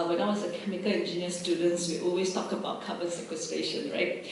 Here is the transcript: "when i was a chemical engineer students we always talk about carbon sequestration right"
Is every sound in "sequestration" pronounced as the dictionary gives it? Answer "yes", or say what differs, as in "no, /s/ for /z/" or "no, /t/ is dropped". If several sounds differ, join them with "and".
no, /ɹ/ is dropped